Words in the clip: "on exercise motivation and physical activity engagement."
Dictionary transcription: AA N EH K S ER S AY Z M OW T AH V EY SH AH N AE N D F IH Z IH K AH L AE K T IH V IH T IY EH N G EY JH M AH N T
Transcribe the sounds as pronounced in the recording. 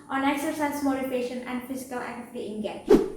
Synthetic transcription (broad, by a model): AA N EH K S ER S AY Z M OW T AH P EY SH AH N AE N D F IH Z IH K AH L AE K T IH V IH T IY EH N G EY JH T